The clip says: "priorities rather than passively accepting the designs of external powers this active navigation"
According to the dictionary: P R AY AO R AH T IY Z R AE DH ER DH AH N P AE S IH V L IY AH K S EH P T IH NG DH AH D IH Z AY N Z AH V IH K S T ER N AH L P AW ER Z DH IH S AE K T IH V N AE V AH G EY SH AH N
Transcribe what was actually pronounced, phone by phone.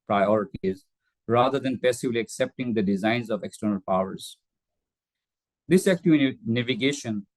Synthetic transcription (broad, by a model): P R AY AO R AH T IY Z R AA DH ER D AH N P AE S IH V L IY AH K S EH P T IH NG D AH D IH Z AY N Z AH V IH K S T ER N AH L P AW ER Z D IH S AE K T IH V N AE V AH G EY SH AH N